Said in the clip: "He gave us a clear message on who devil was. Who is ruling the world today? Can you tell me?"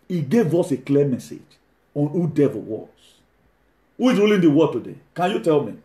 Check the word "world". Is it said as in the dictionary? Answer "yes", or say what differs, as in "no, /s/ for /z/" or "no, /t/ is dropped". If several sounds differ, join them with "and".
no, /l/ is dropped